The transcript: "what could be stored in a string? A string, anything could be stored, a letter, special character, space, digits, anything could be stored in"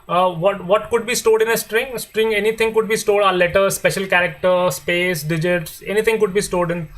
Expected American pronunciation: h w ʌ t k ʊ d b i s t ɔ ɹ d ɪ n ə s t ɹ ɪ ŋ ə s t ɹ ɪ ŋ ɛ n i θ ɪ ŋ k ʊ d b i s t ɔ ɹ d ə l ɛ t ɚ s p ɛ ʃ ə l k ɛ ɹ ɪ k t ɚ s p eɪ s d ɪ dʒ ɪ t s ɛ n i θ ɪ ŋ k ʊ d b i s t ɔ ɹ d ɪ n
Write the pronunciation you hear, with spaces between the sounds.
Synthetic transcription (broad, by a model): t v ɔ t k ʊ d b i s t ɔ d ɪ n ə s t ɹ ɪ ŋ s t ɹ ɪ ŋ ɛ n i t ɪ ŋ k ʊ d b i s t ɔ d ə l ɛ t ɚ s p ɛ ʃ ə l k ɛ ɹ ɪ k t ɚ s p eɪ s d ɪ dʒ ɪ t s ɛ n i t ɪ ŋ k ʊ d b i s t ɔ d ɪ n